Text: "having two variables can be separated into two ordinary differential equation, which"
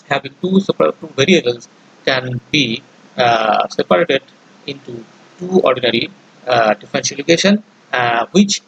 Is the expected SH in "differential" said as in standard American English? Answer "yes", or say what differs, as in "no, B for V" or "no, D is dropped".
no, S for SH